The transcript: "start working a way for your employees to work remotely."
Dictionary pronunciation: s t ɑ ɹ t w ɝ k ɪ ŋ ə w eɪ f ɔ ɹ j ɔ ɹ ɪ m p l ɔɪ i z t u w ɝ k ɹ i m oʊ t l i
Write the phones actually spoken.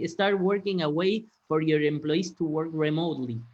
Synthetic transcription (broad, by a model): s t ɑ ɹ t w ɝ k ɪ ŋ ə w eɪ f ɔ ɹ j ɔ ɹ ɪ m p l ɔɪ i s t u w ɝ k ɹ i m oʊ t l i